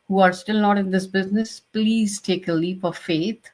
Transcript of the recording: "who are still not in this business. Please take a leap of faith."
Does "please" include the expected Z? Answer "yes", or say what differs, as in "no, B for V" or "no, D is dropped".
yes